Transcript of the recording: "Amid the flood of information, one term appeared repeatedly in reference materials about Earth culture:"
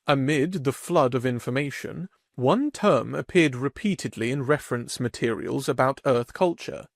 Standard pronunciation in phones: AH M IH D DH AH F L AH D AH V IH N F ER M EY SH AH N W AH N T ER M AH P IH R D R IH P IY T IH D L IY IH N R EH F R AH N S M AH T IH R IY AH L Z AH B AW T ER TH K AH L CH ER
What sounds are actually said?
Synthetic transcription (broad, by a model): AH M IH D DH AH F L AH D AH V IH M F ER M EY SH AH N W AH N T ER M AH P IH R D R IH P IY T IH D L IY IH N R EH F R AH N S M AH T IH R IY AH L Z AH B AW T ER TH K AH L CH ER